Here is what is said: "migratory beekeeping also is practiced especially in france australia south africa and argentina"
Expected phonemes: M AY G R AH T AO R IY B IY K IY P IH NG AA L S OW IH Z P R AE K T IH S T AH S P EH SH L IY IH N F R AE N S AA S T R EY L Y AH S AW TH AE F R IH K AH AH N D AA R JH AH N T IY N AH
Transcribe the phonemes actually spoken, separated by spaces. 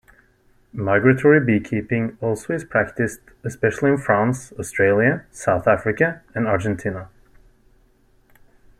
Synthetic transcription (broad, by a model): M AY G R AH T AO R IY B IY K IY P IH NG AA L S OW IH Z P R AE K T IH S T AH S P EH SH L IY IH N F R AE N S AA S T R EY L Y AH S AW TH AE F R IH K AH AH N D AA R JH AH N T IY N AH